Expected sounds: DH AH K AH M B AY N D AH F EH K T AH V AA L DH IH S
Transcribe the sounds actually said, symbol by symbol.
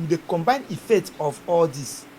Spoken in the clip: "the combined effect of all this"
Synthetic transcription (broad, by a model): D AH K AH M B AY N AH F EH K T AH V AA L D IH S